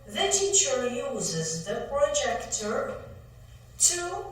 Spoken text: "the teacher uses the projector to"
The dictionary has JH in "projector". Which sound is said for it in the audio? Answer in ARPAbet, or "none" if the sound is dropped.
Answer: JH